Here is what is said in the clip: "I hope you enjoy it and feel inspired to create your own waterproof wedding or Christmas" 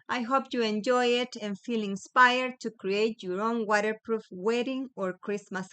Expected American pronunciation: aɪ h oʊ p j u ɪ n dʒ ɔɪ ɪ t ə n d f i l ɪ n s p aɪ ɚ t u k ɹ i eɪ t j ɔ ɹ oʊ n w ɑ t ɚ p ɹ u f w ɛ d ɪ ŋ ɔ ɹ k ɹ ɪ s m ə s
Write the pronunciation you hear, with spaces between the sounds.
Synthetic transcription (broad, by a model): aɪ h oʊ p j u ɪ n dʒ ɔɪ ɪ t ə n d f i l ɪ n s p aɪ ɚ t u k ɹ i eɪ t j ɔ ɹ oʊ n w ɑ t ɚ p ɹ u f w ɛ d ɪ ŋ ɔ ɹ k ɹ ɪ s m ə s